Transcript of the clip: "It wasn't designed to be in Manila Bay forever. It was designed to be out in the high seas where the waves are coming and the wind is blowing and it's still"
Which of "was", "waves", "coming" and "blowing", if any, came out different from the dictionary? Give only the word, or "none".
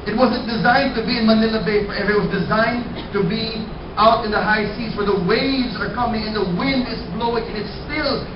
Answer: none